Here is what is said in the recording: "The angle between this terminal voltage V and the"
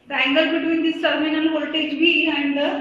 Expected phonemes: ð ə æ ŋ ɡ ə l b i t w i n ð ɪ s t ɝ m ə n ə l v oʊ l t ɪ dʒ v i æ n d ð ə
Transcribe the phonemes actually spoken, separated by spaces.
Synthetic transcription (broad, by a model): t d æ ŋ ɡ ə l b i t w i n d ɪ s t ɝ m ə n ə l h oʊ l t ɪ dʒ b i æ n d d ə